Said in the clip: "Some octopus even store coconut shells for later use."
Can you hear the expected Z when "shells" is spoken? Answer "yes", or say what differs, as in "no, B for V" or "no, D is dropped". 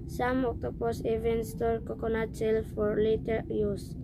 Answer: no, Z is dropped